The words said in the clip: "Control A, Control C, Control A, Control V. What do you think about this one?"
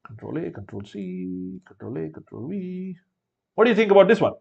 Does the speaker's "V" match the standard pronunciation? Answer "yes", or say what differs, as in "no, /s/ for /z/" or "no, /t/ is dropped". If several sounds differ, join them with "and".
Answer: no, /w/ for /v/